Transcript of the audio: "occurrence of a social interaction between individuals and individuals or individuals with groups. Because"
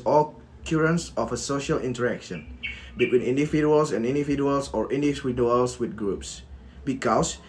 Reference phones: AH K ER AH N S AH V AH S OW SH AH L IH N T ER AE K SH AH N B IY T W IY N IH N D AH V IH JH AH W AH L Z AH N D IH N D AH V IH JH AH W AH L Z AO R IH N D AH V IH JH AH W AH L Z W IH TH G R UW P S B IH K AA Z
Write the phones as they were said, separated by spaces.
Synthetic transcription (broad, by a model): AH K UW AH N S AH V AH S OW SH AH L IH N T ER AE K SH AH N B IY T W IY N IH N D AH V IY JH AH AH L S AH N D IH N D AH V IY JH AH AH L S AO R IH N D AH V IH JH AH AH L S W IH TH G R UW P S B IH K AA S